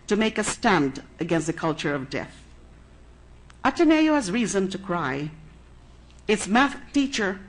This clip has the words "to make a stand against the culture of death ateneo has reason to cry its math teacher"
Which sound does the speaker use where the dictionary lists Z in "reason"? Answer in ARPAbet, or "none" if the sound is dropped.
Z